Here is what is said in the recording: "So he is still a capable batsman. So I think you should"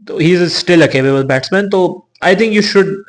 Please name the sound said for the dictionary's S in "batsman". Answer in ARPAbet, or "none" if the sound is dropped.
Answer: S